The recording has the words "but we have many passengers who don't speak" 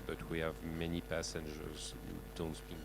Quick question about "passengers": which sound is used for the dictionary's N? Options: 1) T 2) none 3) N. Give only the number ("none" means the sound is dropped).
3